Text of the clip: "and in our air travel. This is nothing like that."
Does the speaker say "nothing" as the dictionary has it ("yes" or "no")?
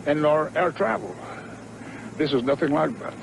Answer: yes